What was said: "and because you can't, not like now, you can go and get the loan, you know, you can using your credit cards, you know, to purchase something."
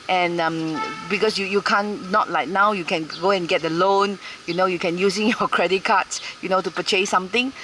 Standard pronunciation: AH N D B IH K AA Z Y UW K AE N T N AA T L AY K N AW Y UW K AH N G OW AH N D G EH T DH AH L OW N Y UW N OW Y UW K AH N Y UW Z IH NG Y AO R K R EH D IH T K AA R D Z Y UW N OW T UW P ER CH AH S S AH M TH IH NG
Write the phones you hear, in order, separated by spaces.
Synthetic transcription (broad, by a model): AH N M B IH K AA S Y UW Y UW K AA N AA T L AY K N AW Y UW K AH N G OW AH N G EH T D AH L OW N Y UW N OW Y UW K AH N Y UW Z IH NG Y AO K R EH D IH T K AA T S Y UW N OW T UW P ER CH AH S S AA M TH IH NG